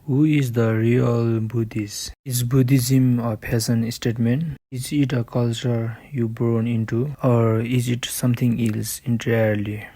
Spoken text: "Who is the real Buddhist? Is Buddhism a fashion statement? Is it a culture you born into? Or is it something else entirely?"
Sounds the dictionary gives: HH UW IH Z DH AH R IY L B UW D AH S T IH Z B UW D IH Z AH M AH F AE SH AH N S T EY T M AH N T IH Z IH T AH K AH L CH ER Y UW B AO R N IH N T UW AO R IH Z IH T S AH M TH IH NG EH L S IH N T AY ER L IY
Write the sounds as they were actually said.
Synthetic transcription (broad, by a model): HH UW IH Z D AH R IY L B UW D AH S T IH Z B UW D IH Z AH M AH P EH S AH N S T EY T M AH N T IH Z IH T AH K AH L CH ER Y UW B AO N IH N T UW AO R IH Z IH T S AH M T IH NG EH L S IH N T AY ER L IY